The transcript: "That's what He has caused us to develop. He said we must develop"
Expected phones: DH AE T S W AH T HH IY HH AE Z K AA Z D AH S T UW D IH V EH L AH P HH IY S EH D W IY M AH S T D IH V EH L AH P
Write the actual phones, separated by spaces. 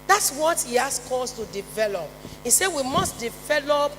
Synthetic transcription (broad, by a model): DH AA T S W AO T HH IY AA S K AA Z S T UW D IH V EH L AH P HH IY S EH W IY M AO S T D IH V EH L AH P